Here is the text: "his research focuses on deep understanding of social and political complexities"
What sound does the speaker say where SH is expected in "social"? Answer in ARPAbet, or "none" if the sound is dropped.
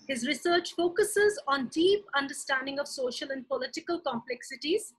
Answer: SH